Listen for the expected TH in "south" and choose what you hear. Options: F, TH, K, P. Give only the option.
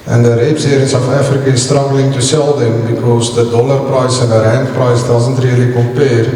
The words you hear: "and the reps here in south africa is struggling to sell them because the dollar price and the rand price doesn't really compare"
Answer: F